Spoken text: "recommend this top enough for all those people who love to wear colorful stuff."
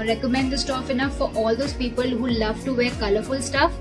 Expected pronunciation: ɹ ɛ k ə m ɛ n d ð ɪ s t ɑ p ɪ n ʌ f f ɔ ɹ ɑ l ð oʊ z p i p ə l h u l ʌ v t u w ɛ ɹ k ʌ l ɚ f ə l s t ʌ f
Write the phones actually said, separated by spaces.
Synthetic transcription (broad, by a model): ɹ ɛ k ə m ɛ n d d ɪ s t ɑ f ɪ n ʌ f f ɔ ɹ ɑ l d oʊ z p i p ə l h u l ʌ v t u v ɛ ɹ k ʌ l ɚ f ə l s t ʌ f